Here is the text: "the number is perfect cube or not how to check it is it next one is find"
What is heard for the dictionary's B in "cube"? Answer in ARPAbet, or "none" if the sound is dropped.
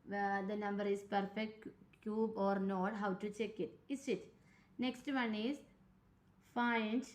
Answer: B